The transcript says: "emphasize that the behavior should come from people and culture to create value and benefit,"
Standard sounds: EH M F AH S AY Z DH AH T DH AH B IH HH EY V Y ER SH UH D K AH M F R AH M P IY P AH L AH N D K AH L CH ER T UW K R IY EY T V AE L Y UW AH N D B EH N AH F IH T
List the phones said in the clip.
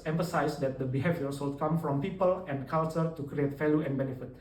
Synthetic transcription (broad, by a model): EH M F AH S AY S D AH T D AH B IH HH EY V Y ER S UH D K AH M F R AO M P IY P AH L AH N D K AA L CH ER T UW K R IY EY T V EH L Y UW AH N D B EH N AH F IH T